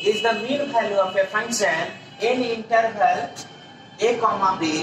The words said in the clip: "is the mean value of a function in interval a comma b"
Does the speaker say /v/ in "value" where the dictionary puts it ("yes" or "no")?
no